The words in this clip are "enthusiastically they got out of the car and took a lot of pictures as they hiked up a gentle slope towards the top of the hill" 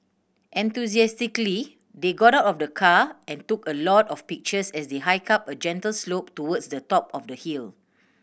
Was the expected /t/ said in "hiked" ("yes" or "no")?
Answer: no